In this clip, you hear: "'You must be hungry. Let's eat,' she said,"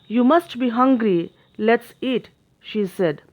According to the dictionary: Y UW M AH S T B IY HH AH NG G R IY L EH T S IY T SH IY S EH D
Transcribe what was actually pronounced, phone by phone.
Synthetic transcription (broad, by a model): Y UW M AH S T B IY HH AH NG G R IY L EH T S IY T SH IY S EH D